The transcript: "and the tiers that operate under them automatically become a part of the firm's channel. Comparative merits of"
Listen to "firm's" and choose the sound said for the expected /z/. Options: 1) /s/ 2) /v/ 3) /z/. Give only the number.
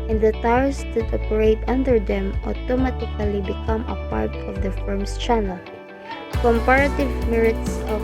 1